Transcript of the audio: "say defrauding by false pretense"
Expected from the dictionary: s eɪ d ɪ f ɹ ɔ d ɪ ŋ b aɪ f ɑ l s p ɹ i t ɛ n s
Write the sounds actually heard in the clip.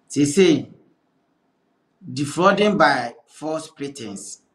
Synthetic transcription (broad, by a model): s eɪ d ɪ f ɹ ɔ d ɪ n b aɪ f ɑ s p ɹ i t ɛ n s